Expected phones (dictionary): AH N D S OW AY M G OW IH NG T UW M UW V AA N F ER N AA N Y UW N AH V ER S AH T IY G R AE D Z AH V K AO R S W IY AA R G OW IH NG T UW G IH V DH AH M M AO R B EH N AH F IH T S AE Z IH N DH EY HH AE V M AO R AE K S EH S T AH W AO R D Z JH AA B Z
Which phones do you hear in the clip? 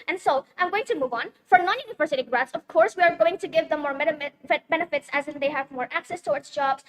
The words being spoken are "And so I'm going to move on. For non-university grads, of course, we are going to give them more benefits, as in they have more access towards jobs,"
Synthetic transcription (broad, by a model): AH N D S OW AY M G OW IH NG T UW M UW V AA N F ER N AA N Y UW N AH V ER S AH T IY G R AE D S AH V K AO R S W IY AA R G OW IH NG T UW G IH V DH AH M M AO R B EH N AH F IH T S AE Z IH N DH EY HH AE V M AO R AE K S EH S T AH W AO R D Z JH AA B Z